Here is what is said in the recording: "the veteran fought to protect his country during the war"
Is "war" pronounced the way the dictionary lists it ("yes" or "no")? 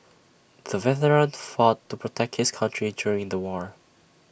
yes